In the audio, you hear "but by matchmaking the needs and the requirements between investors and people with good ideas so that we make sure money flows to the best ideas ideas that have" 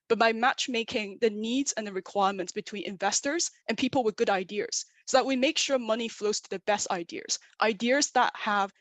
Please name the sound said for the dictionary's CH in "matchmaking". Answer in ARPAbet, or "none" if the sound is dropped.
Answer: CH